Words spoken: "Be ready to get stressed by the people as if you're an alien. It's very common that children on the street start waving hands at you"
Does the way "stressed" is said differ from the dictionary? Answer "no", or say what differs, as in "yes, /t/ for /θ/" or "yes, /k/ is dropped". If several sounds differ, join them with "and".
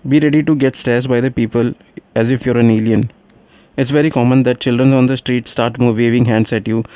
yes, /ɹ/ is dropped